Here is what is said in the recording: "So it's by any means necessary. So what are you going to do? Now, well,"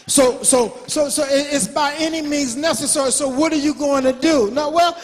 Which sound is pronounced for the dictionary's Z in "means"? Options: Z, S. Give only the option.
Z